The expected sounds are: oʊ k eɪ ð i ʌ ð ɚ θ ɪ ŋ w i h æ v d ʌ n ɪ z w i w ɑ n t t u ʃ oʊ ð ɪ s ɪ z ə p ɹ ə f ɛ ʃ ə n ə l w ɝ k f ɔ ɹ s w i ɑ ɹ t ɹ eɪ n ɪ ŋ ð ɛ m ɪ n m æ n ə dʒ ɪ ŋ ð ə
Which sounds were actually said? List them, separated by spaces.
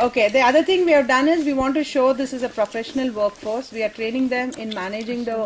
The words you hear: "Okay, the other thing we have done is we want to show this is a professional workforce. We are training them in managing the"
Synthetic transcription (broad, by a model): oʊ k eɪ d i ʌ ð ɚ t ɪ ŋ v i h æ v d ʌ n ɪ z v i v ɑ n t t u ʃ oʊ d ɪ s ɪ z ə p ɹ ə f ɛ ʃ ə n ə l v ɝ k f ɔ ɹ s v i ɑ ɹ t ɹ eɪ n ɪ ŋ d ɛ m ɪ n m æ n ə dʒ ɪ ŋ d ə